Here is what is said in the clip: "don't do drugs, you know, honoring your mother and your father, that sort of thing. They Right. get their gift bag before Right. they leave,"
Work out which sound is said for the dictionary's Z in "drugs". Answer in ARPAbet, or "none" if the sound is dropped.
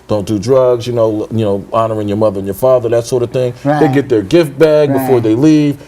Z